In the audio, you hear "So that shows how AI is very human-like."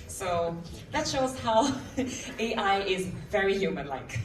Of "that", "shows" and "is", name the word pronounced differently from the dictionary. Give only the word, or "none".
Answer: none